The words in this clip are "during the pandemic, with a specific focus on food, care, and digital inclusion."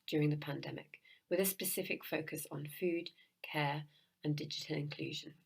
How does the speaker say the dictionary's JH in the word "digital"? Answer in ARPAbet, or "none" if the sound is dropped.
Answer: JH